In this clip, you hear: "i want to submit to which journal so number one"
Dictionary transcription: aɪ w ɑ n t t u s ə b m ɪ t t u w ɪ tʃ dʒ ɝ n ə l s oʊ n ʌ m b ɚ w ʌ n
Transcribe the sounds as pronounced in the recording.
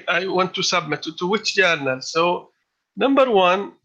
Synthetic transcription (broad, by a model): aɪ w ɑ n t t u s ə b m ɪ t t u w ɪ tʃ dʒ ɝ n ə l s oʊ n ʌ m b ɚ w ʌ n